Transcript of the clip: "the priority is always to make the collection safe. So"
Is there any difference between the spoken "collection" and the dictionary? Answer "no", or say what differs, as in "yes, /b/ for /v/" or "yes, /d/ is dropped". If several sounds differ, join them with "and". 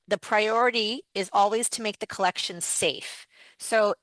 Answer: no